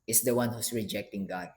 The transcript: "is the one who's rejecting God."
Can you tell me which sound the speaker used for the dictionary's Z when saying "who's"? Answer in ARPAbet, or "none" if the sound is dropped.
S